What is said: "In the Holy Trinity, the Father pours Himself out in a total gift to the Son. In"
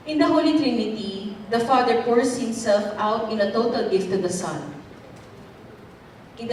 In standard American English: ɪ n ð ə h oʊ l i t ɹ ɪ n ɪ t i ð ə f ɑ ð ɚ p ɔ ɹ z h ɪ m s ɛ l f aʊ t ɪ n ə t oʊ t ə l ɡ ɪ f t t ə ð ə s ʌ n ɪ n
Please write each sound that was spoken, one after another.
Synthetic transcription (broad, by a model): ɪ n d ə h oʊ l i t ɹ ɪ n ɪ t i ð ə f ɑ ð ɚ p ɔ ɹ s h ɪ m s ɛ l f aʊ t ɪ n ə t oʊ t ə l ɡ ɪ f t t ə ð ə s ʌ n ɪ n